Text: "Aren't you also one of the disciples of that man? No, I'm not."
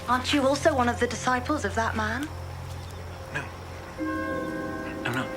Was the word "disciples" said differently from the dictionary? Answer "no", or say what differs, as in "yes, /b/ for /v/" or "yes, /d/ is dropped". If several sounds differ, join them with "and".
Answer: no